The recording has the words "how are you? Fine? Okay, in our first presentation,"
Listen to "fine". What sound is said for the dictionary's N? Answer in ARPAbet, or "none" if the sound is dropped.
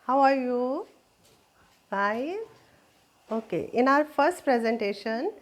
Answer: none